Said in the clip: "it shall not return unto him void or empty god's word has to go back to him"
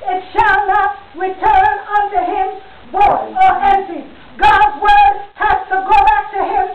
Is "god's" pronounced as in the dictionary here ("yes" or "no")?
yes